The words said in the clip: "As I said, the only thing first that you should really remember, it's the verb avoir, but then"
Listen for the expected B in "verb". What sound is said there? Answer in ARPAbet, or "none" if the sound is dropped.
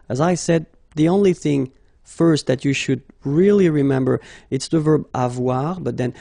B